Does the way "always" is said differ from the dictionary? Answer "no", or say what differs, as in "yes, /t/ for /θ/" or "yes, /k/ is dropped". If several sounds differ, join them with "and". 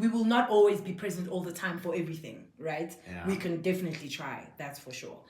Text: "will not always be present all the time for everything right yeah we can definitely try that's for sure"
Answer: no